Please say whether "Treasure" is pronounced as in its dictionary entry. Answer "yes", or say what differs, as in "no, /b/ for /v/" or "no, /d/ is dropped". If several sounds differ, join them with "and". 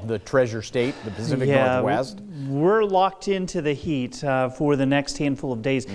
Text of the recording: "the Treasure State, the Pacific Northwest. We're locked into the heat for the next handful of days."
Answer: yes